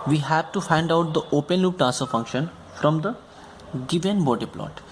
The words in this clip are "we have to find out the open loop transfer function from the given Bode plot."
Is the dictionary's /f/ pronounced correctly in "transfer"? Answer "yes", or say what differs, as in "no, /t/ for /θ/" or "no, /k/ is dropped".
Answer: no, /f/ is dropped